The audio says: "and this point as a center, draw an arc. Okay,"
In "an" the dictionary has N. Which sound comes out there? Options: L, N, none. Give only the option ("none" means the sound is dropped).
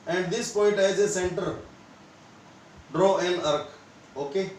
L